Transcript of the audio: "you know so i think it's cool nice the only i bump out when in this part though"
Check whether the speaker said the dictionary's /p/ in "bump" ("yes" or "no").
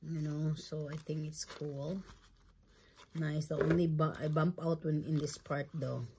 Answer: yes